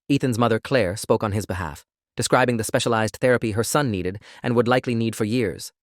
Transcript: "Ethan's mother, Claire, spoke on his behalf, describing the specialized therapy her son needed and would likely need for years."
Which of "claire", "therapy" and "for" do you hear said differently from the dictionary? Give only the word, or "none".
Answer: none